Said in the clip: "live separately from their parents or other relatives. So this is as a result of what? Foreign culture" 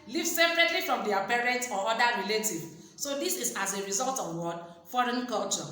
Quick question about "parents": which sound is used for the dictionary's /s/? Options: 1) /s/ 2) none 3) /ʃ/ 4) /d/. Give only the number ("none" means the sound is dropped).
2